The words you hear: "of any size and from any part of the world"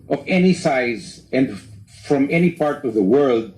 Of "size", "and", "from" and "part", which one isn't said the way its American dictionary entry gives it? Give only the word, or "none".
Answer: none